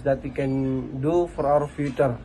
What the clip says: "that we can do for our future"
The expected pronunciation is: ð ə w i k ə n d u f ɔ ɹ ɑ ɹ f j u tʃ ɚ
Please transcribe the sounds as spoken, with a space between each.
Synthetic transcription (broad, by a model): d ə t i k ə n d u f ɔ ɹ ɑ w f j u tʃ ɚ